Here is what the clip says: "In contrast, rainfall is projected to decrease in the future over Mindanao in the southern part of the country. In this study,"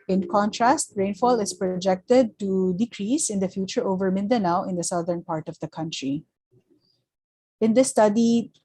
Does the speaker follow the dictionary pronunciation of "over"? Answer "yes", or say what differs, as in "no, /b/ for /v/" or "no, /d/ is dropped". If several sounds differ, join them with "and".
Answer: yes